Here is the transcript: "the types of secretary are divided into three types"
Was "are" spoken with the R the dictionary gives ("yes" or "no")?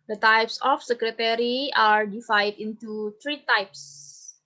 yes